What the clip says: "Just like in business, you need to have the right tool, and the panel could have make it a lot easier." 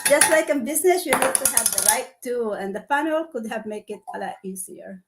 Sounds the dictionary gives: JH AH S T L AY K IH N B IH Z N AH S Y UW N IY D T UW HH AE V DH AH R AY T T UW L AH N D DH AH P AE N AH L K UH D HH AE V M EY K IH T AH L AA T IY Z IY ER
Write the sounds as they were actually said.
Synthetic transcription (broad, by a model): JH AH S T L AY K IH N B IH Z N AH S Y UW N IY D T UW HH AE V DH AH R AY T T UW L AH N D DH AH F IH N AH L K UH D HH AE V M EY K IH T AH L AA T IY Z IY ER